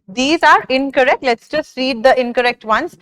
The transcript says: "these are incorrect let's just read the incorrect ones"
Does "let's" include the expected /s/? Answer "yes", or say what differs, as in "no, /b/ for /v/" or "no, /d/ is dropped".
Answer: yes